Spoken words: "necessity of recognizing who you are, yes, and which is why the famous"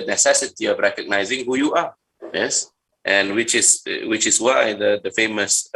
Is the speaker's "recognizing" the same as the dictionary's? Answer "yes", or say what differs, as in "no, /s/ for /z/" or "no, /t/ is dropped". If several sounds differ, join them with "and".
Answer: yes